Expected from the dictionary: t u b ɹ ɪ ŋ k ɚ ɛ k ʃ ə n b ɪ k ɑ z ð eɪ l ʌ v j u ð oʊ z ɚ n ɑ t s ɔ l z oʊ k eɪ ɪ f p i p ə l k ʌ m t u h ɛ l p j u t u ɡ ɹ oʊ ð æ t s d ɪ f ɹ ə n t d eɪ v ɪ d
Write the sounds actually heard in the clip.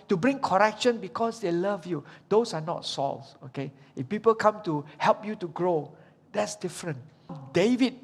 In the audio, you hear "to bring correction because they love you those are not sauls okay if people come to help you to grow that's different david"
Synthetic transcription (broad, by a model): t u b ɹ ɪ ŋ k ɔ ɛ k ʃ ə n b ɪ k ɑ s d eɪ l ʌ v j u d oʊ s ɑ n ɑ t s ɔ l s oʊ k eɪ ɪ f p i p ə l k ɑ m t u h ɛ l p j u t u ɡ ɹ oʊ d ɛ t s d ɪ f ɹ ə n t d eɪ v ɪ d